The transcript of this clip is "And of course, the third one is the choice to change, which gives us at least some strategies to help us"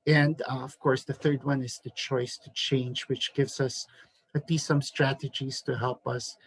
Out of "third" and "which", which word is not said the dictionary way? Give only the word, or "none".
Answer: none